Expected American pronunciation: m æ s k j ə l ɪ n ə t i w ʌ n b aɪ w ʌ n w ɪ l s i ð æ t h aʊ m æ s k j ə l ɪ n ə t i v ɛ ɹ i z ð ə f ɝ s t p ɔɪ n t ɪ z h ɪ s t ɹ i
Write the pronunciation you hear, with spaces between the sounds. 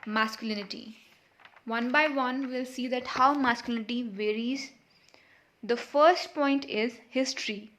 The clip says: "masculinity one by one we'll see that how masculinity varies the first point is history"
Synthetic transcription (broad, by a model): m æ s k j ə l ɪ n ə t i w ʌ n b aɪ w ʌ n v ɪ l s i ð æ t h aʊ m æ s k j ə l ɪ n ə t i v ɛ ɹ i z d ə f ɝ s t p ɔɪ n t ɪ z h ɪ s t ɹ i